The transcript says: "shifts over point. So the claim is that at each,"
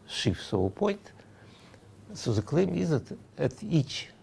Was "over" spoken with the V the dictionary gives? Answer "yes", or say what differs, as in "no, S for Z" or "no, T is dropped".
no, V is dropped